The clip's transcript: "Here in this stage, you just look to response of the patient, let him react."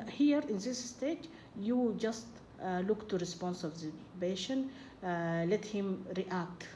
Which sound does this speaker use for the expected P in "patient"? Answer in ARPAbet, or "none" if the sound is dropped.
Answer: B